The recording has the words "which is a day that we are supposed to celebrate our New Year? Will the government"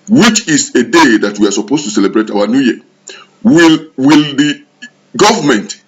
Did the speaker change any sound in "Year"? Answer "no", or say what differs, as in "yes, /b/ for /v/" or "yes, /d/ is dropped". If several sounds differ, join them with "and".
yes, /l/ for /ɹ/